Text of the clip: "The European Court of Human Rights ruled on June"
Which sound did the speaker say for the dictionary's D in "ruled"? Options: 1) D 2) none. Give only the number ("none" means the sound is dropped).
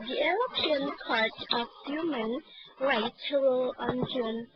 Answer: 2